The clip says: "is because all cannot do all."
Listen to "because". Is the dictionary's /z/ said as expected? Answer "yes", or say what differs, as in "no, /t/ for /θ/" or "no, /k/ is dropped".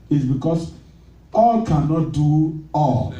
no, /s/ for /z/